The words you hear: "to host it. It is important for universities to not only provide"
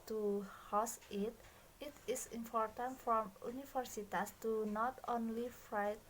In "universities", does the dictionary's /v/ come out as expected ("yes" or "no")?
no